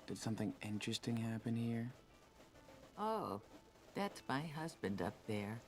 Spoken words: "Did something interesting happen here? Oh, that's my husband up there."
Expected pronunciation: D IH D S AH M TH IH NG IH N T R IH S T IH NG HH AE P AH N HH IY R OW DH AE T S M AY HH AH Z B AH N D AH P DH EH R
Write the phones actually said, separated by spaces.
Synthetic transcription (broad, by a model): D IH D S AH M TH IH NG IH N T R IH S T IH NG HH AE P AH N HH IY R OW DH AE T S M AY HH AH Z B AH N D AH P DH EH R